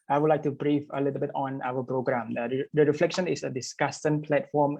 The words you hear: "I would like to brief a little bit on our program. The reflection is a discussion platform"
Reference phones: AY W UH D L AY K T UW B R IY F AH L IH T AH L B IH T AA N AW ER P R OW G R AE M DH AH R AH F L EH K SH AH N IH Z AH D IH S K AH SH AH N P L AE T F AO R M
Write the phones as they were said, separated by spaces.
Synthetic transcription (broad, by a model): AY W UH D L AY K T UW B R IY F AH L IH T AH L B IH T AA N AW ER P R OW G R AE M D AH R AH F L EH K SH AH N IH S AH D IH S K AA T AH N P L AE T F AO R M